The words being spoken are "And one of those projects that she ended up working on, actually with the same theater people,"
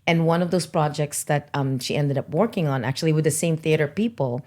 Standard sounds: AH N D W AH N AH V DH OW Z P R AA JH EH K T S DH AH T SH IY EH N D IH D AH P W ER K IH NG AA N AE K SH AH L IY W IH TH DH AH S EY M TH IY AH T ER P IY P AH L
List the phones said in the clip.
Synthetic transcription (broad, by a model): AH N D W AH N AH V DH OW Z P R AA JH EH K T S DH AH T SH IY EH N D IH D AH P W ER K IH NG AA N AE K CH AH L IY W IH DH AH S EY M TH IY AH T ER P IY P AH L